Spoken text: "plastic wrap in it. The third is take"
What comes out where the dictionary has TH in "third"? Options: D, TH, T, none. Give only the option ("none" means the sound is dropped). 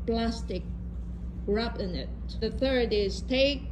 TH